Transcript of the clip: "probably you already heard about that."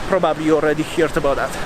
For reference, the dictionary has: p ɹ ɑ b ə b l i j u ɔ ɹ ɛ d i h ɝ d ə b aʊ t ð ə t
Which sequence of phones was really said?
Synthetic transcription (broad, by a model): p ɹ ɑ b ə b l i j ɔ ɹ ɛ d i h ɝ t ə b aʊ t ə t